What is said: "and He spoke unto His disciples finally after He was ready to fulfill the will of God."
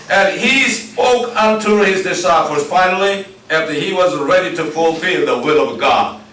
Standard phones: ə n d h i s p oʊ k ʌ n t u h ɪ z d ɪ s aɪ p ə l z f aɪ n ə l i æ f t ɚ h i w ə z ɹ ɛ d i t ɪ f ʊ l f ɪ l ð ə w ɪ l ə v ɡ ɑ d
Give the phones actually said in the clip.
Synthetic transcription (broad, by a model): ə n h i s p oʊ k ʌ n t u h ɪ z d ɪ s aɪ f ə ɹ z f aɪ n l i æ f t ɚ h i w ə z ɹ ɛ d i t ɪ f ʊ l f ɪ l ð ə w ɪ l ə v ɡ ɑ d